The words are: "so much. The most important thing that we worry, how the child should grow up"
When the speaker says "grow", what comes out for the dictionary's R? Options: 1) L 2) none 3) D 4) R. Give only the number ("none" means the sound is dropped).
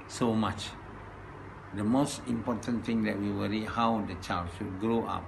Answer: 4